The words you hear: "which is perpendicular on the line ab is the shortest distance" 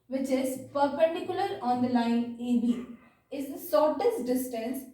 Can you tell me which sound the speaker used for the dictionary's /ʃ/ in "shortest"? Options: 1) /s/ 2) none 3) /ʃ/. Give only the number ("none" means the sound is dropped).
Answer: 1